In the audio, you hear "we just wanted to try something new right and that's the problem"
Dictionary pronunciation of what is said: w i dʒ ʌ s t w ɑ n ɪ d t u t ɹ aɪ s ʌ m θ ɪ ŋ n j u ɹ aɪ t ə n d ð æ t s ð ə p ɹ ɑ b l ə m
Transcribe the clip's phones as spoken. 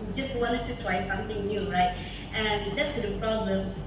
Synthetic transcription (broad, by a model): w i dʒ ʌ s t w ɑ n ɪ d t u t w aɪ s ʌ m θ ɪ ŋ n j u ɹ aɪ t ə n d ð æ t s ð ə p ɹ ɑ b l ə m